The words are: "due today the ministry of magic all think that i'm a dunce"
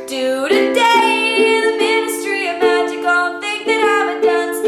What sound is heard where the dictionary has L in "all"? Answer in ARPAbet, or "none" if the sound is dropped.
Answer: N